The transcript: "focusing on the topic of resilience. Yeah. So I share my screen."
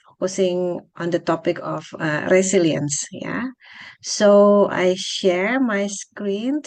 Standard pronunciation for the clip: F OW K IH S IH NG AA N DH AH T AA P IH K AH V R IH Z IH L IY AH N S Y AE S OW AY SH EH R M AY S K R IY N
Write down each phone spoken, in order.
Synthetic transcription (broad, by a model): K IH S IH NG AA N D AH T AA P IH K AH F R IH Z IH L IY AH N S Y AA S OW AY SH EH R M AY S K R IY N